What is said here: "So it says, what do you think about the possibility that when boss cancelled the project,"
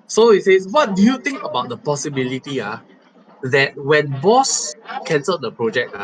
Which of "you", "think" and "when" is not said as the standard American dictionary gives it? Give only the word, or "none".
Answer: think